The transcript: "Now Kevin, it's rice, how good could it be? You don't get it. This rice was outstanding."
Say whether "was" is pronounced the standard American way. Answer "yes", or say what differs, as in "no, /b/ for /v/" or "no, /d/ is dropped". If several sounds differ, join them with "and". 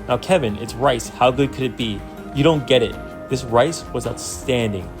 yes